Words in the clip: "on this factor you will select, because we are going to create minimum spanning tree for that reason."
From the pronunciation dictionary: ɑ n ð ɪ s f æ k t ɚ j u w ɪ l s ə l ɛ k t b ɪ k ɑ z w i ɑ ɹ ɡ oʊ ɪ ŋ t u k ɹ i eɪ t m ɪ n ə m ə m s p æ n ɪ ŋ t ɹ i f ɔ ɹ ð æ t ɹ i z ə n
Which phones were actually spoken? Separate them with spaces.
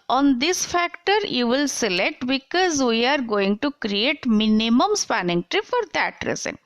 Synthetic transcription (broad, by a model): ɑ n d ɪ s f æ k t ɚ j u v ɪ l s ə l ɛ k t b ɪ k ɑ z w i ɑ ɹ ɡ oʊ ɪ ŋ t u k ɹ i eɪ t m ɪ n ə m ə m s p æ n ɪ ŋ t ɹ i f ɔ ɹ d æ t ɹ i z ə n